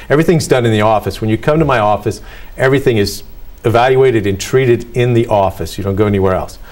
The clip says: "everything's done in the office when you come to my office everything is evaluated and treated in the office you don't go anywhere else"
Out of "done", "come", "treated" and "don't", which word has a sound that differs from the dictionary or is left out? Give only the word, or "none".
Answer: none